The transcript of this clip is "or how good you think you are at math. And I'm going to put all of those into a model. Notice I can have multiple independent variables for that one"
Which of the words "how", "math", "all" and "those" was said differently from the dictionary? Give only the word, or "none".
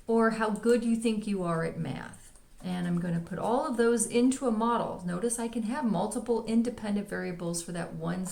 none